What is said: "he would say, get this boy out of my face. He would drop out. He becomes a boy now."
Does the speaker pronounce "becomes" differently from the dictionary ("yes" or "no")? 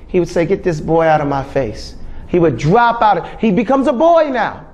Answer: no